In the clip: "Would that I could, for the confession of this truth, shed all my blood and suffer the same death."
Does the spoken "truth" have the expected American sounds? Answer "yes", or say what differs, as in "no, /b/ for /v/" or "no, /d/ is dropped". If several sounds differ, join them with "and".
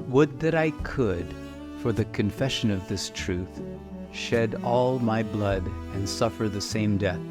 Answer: yes